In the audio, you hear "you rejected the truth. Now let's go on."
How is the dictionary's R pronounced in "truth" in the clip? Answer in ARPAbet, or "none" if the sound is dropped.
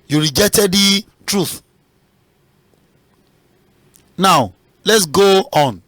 R